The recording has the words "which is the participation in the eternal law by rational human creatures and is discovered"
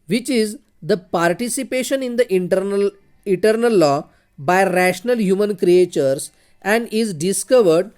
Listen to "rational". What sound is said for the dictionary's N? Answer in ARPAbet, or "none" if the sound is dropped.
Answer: N